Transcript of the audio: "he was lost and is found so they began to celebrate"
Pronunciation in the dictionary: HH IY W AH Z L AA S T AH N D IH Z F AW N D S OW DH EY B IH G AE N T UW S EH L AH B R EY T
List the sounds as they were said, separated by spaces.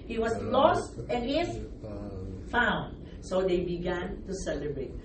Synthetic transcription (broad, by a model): HH IY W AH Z L AA S T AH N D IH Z F AW N D S OW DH EY B IH G AE N T UW S EH L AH B R EY T